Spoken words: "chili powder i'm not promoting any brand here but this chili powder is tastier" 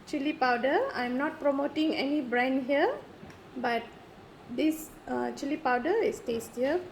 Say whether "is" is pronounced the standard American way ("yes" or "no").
no